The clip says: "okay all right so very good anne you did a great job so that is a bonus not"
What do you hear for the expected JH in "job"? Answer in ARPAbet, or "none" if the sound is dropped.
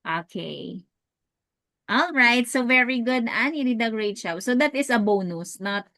SH